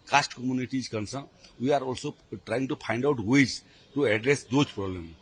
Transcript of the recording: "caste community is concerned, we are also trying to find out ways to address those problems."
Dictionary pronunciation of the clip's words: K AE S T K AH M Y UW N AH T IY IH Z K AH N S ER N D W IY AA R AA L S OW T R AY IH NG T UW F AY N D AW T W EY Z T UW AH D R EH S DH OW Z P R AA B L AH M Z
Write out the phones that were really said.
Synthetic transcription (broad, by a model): K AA S T K AH M Y UW N AH T IY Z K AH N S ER W IY AA R AA L S OW T R AY IH NG T UW P AY N D AW T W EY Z T UW AH D R EH S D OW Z P R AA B L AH M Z